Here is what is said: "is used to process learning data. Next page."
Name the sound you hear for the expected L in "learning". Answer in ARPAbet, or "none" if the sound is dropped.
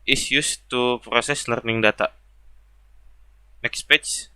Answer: L